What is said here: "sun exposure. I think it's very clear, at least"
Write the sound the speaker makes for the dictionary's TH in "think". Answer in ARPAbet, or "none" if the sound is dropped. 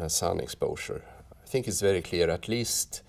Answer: TH